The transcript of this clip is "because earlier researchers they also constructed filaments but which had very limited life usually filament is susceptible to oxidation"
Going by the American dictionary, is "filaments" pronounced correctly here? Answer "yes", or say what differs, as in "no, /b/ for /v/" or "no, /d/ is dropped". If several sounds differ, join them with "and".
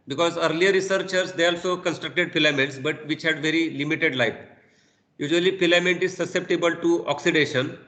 no, /p/ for /f/